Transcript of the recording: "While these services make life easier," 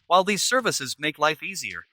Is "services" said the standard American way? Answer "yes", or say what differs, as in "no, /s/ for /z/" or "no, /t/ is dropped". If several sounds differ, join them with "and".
yes